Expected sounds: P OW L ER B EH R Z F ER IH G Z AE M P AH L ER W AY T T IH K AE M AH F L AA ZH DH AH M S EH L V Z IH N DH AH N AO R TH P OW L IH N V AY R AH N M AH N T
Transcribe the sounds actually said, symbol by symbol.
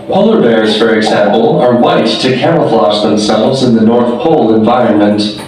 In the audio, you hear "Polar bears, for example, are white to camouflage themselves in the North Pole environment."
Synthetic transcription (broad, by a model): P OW L ER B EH R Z F ER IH G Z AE M P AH L ER W AY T T IH K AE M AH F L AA S DH AH M S EH L V Z IH N DH AH N AO R TH P OW L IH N V AY R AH N M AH N T